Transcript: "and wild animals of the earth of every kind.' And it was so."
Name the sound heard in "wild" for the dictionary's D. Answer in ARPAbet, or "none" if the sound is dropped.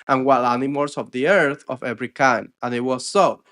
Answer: none